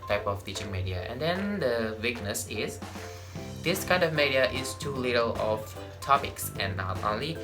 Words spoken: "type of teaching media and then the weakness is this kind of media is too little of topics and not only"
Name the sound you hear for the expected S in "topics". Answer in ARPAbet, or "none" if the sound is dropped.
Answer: S